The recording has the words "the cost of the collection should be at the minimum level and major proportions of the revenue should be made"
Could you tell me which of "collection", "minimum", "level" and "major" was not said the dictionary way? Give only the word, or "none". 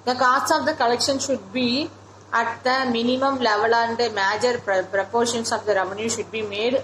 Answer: none